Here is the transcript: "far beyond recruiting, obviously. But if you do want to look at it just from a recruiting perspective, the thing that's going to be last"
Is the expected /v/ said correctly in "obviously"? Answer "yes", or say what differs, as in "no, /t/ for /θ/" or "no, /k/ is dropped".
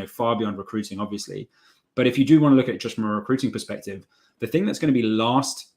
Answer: yes